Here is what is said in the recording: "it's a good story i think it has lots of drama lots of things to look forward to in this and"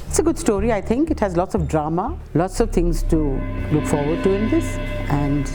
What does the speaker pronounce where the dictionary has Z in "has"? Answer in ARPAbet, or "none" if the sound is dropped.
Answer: Z